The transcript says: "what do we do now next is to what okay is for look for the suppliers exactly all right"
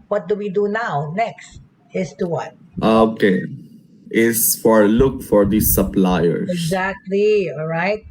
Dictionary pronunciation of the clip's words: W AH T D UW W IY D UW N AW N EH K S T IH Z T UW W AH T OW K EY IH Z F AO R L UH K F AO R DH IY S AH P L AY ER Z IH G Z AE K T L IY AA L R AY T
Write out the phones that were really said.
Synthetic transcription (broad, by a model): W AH T D UW W IY D UW N AW N EH K S T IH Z T UW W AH T OW K EY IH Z F AO R L UH K F AO R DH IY S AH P L AY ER IH G Z AE K T L IY AA L R AY T